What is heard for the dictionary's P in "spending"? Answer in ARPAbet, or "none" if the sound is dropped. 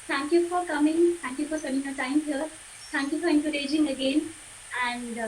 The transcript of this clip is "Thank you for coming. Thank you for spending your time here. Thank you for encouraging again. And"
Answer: none